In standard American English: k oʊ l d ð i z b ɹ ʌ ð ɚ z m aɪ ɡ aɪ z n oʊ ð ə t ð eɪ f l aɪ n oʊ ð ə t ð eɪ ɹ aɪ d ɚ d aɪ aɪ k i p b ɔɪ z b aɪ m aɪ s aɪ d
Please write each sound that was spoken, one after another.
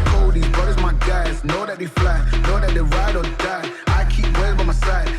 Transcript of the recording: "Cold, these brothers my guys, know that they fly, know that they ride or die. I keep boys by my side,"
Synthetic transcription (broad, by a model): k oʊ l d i b ʌ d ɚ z m aɪ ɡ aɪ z n oʊ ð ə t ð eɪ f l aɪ n oʊ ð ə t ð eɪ ɹ aɪ d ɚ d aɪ aɪ k i p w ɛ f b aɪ m aɪ s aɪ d